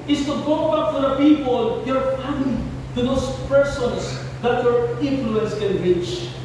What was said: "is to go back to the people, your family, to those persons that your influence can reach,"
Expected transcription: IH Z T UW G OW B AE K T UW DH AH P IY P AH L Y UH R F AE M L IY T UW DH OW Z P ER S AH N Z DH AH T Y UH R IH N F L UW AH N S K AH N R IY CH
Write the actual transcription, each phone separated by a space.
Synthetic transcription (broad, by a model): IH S T UW G OW B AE K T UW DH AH P IY P AH L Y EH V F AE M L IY T UW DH OW S P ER S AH N S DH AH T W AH R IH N F L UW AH N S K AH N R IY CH